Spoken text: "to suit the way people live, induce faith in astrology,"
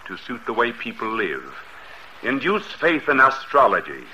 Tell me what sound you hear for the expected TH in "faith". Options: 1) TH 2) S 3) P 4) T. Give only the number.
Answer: 1